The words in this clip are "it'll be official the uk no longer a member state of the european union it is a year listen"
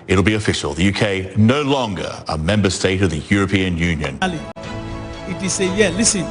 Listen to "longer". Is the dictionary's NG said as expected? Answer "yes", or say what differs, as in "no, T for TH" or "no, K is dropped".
yes